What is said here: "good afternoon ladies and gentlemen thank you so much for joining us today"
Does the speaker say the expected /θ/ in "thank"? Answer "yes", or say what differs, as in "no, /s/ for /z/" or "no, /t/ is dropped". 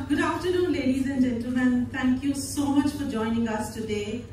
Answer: no, /t/ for /θ/